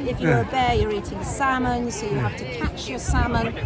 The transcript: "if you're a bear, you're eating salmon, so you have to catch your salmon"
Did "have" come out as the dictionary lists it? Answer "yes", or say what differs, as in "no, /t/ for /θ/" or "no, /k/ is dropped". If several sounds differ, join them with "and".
no, /f/ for /v/